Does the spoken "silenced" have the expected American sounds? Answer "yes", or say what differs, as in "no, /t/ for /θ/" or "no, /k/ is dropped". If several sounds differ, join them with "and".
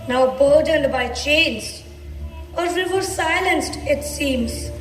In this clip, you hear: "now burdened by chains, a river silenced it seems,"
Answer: yes